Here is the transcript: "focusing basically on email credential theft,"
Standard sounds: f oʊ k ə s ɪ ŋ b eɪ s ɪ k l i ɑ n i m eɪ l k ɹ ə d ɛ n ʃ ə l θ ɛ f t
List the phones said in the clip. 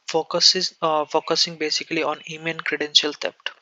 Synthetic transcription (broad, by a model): f oʊ k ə s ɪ ŋ b eɪ s ɪ k l i ɑ n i m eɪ n k ɹ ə d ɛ n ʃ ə l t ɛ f t